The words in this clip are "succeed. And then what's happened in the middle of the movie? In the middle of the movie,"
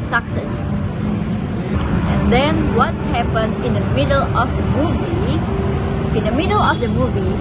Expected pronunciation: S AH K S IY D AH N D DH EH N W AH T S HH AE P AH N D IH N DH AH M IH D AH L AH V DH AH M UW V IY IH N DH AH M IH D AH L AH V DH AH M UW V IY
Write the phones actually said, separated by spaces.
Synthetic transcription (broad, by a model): S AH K S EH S AH N D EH N W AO T S HH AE P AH N IH N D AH M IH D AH L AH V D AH M UW V IY IH N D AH M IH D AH L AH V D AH M UW V IY